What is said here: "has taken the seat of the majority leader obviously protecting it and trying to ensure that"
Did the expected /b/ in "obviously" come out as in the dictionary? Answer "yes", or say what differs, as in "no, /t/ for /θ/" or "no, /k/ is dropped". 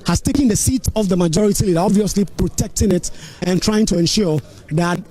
yes